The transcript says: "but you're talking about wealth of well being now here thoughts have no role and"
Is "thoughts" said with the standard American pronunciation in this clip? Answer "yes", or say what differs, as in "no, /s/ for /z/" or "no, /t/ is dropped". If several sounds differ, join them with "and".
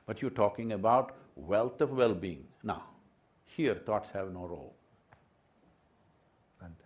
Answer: no, /t/ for /θ/